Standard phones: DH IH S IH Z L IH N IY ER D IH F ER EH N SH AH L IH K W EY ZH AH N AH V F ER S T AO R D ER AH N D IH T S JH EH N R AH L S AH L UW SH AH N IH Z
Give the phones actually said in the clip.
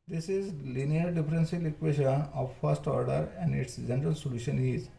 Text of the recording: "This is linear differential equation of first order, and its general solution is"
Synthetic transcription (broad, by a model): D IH S IH Z L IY N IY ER D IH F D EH N S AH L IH K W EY SH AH N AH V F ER S T AO R D ER AH N D IH T S JH EH N R AH L S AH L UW SH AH N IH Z